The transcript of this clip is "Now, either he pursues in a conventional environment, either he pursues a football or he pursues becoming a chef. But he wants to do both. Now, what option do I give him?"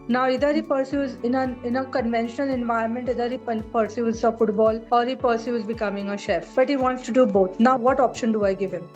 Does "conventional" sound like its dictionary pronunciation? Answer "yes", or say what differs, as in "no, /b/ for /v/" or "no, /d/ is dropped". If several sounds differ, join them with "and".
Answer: yes